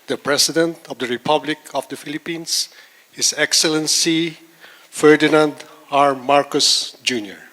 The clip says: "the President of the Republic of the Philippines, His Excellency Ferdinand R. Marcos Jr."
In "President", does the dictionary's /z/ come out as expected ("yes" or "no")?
no